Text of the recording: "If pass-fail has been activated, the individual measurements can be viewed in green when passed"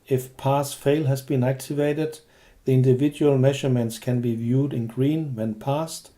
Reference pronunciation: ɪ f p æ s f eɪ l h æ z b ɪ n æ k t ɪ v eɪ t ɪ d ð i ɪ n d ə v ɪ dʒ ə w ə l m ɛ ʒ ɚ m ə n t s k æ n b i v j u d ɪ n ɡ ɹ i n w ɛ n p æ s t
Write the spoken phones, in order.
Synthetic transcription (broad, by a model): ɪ f p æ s f eɪ l h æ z b ɪ n æ k t ɪ v eɪ t ɪ d ð i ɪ n d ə v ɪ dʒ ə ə l m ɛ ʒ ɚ m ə n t s k æ n b i v j u d ɪ n ɡ ɹ i n w ɛ n p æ s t